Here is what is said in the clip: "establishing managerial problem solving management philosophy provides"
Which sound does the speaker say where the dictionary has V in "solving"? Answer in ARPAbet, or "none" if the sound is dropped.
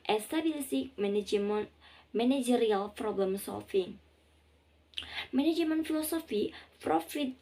F